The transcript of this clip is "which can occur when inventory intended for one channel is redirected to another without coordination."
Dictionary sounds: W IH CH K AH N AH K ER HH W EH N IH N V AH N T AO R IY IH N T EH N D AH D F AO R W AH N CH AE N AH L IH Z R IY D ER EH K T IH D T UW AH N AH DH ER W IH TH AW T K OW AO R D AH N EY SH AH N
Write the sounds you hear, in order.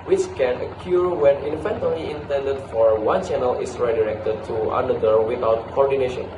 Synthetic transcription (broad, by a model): W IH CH K AH N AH K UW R W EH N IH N F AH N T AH L IY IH N T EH N D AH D F AO R W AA N CH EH N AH L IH S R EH D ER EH K T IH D T UW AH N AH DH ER W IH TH AW T K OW AO R D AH N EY SH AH N